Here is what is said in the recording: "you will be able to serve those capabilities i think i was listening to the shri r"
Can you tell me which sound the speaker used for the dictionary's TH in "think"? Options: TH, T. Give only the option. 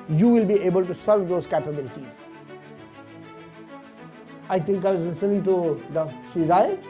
T